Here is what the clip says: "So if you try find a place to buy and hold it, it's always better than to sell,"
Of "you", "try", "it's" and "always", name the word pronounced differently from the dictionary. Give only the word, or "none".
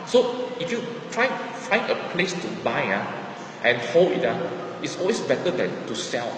always